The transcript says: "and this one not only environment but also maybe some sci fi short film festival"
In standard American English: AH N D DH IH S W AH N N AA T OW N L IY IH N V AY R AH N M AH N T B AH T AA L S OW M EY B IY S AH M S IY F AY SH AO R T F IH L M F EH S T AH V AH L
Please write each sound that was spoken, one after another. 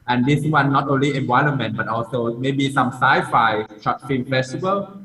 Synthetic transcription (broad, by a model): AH N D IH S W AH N N AA T OW N L IY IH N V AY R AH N M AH N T B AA T AA L S OW M EY B IY S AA M S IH F AY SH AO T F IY M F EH S T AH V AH L